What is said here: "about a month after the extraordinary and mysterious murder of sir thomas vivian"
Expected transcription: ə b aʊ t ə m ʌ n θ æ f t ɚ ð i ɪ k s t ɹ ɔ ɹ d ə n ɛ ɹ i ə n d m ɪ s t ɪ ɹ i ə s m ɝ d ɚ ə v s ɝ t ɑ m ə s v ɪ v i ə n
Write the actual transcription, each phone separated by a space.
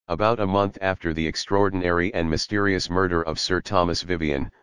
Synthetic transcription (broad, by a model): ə b aʊ t ə m ʌ n θ æ f t ɚ ð i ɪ k s t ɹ ɔ ɹ d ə n ɛ ɹ i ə n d m ɪ s t ɪ ɹ i ə s m ɝ d ɚ ə v s ɝ t ɑ m ə s v ɪ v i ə n